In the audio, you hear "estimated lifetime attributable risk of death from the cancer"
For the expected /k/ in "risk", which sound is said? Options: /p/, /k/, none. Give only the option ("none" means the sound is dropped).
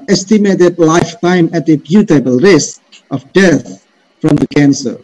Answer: /k/